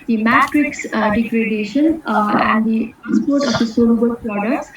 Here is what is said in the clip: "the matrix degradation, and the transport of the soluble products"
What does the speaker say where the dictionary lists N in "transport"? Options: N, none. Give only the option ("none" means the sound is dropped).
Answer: none